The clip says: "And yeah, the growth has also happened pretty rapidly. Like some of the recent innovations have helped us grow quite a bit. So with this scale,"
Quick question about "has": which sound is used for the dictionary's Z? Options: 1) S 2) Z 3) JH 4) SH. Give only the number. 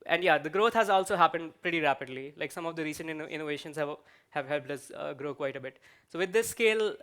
2